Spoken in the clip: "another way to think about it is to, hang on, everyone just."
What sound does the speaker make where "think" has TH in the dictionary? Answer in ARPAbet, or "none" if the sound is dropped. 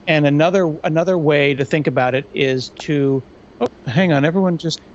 TH